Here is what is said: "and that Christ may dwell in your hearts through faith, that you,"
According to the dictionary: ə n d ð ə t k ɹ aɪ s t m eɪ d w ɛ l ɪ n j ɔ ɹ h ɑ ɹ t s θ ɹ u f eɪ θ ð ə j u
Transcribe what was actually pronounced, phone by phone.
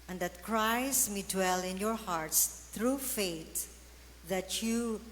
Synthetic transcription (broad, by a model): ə n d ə t k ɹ aɪ s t m eɪ d w ɛ l ɪ n j ɔ ɹ h ɑ ɹ t s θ ɹ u f eɪ t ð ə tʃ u